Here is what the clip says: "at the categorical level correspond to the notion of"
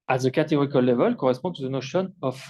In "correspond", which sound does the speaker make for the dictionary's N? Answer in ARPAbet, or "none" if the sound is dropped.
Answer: none